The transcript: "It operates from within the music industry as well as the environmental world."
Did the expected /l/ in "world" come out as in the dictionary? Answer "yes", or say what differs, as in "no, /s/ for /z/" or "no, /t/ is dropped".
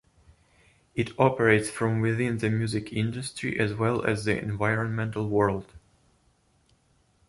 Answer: yes